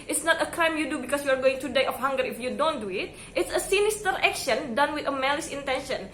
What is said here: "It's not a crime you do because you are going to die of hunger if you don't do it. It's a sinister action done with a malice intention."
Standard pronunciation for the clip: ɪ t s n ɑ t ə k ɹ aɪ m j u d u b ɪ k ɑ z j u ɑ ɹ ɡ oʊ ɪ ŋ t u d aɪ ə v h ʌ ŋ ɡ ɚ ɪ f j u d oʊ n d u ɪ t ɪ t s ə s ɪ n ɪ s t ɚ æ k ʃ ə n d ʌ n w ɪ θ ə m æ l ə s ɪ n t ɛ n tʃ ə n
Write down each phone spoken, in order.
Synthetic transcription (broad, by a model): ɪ t s n ɑ t ə k ɹ aɪ m j u d u b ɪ k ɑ s j u ɑ ɹ ɡ oʊ ɪ ŋ t u d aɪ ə f h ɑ ŋ ɡ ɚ ɪ f j u d oʊ n d u ɪ t ɪ t s ə s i n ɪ s t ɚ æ k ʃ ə n d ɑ n w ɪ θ ə m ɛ l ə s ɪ n t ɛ n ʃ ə n